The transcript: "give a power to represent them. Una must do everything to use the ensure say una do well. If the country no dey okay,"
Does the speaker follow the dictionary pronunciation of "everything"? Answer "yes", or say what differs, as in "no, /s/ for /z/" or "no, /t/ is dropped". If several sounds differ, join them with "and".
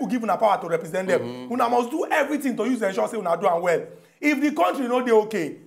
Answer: no, /t/ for /θ/